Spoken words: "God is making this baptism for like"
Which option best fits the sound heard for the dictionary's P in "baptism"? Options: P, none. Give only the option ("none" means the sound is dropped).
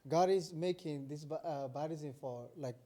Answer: none